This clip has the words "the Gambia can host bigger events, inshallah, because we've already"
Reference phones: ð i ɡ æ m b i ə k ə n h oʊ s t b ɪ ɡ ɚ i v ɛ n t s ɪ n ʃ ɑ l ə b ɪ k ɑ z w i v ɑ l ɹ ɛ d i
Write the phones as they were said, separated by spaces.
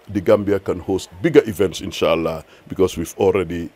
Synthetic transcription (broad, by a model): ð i ɡ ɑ m b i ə k ə n h oʊ s t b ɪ ɡ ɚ i v ɛ n t s ɪ n ʃ ɑ l ə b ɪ k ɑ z w i v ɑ l ɹ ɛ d i